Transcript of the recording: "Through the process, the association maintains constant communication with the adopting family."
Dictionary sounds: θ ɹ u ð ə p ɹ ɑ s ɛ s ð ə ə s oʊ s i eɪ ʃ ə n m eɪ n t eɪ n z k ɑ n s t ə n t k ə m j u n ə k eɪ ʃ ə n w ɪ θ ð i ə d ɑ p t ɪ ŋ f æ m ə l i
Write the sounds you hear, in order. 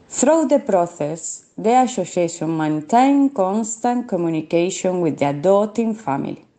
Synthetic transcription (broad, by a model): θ ɹ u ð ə p ɹ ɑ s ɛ s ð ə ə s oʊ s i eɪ s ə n m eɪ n t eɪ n k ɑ n s t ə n k ə m j u n ə k eɪ ʃ ə n w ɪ ð i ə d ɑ t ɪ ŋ f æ m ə l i